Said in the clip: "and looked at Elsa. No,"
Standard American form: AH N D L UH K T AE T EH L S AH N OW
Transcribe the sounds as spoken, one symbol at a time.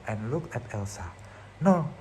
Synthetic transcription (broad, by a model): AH N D L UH K AE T EH L S AH N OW